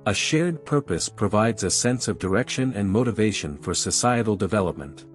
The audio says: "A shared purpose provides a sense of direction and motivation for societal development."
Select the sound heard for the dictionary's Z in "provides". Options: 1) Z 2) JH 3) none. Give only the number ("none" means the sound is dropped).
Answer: 1